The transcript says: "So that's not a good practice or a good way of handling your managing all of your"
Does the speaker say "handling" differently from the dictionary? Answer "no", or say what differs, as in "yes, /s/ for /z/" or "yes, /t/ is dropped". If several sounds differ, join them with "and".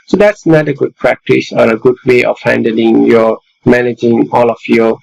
no